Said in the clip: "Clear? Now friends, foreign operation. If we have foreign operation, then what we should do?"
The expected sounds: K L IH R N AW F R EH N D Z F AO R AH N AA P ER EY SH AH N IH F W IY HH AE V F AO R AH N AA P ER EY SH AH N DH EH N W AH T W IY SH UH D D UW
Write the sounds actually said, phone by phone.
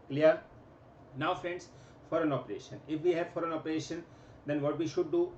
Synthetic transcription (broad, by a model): K L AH R N AW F R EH N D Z F AO R AH N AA P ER EY SH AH N IH F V IY HH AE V F AO R AH N AA P ER EY SH AH N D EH N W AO T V IY SH UH D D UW